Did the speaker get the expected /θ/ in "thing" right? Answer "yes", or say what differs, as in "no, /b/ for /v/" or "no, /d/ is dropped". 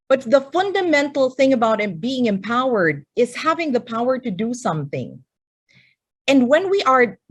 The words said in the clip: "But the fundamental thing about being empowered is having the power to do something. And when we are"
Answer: yes